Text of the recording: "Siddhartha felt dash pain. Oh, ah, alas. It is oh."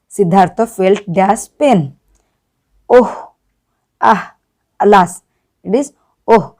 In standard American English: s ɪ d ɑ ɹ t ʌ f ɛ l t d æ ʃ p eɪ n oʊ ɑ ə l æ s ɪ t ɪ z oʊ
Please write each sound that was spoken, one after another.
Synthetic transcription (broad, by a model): s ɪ d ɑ ɹ t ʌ f ɛ l t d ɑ s p eɪ n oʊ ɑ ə l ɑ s ɪ t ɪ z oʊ